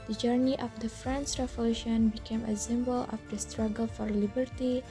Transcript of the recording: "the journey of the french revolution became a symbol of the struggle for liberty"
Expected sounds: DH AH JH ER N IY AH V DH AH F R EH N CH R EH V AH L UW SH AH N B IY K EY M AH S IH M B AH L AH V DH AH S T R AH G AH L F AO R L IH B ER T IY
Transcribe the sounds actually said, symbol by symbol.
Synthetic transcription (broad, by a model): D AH JH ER N IY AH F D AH F R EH N S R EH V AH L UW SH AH N B IY K EY M AH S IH M B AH L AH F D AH S T R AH G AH L F AO R L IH B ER T IY